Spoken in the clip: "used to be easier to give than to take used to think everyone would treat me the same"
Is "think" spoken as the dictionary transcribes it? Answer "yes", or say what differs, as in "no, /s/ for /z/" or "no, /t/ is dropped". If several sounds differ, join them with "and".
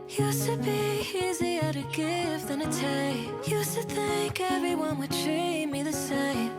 yes